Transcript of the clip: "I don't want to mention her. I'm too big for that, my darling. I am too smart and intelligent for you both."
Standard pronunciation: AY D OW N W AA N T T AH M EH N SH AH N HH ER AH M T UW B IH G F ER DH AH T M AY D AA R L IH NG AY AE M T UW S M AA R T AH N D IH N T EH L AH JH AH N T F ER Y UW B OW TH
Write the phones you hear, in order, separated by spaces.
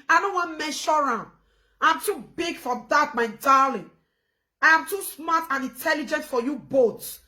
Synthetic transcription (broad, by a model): AY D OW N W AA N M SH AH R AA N AH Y AH M T UW B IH G F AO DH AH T M AY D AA L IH AY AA M T UW S M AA T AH N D IH N T EH L AH JH AH N T F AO Y UW B OW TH